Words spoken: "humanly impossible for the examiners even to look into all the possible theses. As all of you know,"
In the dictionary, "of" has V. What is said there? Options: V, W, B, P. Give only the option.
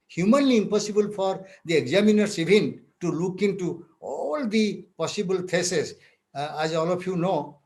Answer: P